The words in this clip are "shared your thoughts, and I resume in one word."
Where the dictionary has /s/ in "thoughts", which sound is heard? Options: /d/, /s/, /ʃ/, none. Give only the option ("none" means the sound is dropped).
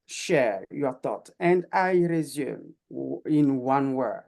none